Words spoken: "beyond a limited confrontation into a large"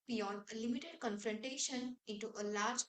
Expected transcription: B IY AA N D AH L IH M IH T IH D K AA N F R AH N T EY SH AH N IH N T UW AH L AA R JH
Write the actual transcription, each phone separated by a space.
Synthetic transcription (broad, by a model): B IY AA N D AH L IH M IH T IH D K AA N F R AH N T EY SH AH N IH N T UW AH L AA R JH